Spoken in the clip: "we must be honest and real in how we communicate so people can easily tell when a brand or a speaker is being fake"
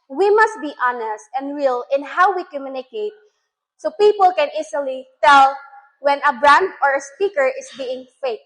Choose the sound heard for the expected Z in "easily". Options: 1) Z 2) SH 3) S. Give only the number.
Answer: 3